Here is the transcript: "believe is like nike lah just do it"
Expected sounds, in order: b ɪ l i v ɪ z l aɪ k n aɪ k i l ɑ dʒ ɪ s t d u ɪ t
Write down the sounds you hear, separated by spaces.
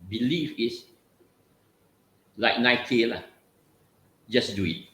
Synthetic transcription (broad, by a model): b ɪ l i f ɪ s l aɪ k n aɪ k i l ɑ dʒ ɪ s d u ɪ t